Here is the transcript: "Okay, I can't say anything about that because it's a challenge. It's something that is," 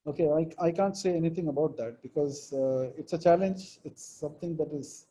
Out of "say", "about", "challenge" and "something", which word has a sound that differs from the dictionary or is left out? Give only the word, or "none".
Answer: something